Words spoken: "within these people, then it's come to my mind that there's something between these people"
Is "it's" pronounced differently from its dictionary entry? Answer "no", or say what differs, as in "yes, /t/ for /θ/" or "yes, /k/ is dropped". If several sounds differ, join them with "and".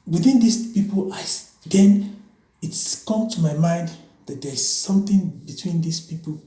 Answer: no